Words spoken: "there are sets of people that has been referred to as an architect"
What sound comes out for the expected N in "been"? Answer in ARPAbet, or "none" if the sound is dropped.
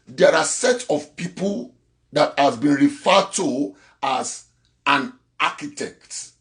N